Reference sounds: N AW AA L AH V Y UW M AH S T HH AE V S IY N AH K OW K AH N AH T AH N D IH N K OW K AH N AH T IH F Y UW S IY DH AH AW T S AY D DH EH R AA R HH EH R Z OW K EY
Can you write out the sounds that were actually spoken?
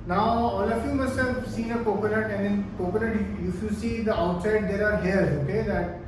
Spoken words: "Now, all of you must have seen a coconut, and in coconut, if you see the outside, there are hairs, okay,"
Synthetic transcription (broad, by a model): N AW AA L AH F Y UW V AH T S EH F S IY N AH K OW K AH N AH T AH N D IH N K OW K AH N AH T IH F Y UW S IY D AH AW T S AY D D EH R AA R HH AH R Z OW K EY